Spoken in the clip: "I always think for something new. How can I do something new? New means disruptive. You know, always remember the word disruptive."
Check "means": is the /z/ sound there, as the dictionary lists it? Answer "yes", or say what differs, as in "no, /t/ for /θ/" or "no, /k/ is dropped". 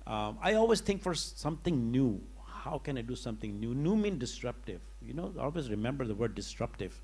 no, /z/ is dropped